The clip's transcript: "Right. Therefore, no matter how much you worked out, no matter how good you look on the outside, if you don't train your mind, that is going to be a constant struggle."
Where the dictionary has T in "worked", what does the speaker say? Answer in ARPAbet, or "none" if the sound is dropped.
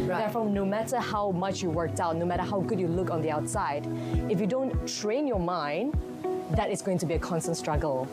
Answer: T